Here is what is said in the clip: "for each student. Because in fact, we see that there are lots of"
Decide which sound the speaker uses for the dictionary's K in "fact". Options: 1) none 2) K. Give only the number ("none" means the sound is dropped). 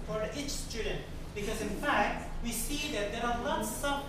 2